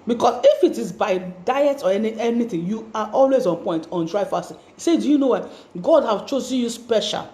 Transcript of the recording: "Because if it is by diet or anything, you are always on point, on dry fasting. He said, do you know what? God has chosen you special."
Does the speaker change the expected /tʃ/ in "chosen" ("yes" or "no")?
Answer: no